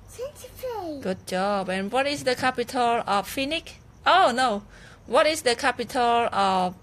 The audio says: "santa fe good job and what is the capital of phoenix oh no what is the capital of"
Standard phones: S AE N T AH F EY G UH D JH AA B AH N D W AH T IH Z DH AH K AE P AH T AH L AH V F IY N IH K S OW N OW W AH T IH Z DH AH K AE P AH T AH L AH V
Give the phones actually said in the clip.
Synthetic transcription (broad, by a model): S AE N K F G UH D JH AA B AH N W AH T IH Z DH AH K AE P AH T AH L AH F F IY N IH K OW N OW W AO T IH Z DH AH K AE P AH T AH L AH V